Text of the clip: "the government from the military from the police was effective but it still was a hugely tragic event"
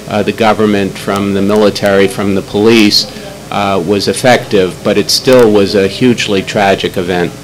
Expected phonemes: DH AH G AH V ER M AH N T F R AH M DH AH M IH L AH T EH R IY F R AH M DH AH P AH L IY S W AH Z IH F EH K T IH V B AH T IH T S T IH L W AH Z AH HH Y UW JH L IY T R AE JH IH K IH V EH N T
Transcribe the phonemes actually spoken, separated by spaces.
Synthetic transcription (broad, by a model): DH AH G AH V ER M AH N T F R AH M DH AH M IH L AH T EH R IY F R AH M DH AH P AH L IY S W AH Z IH F EH K T IH V B AH T IH T S T IH L W AH Z AH HH Y UW JH L IY T R AE JH IH K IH V EH N T